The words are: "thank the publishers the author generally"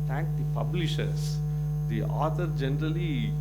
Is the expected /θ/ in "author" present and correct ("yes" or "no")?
no